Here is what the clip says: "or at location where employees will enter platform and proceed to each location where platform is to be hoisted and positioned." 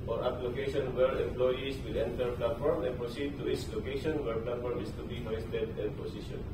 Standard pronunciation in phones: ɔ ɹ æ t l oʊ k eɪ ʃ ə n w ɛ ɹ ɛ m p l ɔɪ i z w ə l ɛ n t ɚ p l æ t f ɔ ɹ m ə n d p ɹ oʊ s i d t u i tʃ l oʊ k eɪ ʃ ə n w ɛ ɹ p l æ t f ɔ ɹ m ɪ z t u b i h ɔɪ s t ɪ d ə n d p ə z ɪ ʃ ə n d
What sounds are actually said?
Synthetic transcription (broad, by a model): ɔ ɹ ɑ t l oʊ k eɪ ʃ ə n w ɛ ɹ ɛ m p l ɔɪ i s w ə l ɛ n t ɚ p l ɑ t f ɔ ɹ m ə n p ɹ oʊ s i d t u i s l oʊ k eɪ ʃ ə n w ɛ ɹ p l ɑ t f ɔ ɹ m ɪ s t u b i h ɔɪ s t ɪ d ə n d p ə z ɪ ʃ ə n